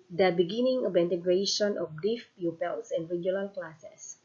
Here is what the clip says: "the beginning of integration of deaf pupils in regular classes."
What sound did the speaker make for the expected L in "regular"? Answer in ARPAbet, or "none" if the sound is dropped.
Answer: N